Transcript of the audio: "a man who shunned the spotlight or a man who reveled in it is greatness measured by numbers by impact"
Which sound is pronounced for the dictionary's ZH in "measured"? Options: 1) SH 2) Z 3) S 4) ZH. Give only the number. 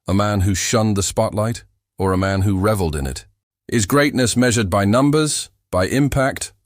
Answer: 4